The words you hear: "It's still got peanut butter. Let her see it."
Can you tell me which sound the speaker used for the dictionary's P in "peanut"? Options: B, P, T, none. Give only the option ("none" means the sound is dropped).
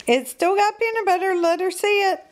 B